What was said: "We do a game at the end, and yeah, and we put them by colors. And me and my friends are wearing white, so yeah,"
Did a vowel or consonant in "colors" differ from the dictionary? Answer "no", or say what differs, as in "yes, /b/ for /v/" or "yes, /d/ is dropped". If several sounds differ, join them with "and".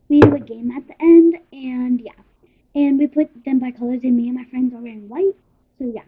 no